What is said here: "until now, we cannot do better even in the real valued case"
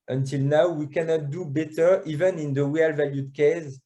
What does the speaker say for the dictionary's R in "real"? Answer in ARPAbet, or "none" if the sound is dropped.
W